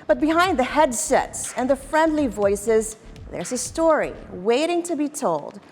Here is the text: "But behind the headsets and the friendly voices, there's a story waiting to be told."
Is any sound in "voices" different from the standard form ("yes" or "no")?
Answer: no